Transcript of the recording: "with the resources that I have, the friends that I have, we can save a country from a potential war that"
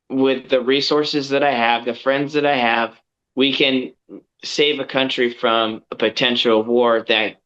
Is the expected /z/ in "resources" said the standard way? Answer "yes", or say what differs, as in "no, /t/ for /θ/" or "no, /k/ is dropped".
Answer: yes